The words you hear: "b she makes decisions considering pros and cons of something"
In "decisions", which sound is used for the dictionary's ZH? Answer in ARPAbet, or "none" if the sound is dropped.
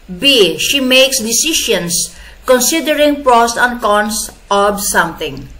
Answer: SH